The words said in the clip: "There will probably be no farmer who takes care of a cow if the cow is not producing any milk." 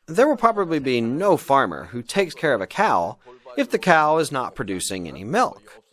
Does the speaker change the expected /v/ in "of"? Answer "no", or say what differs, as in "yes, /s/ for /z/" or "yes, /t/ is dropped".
no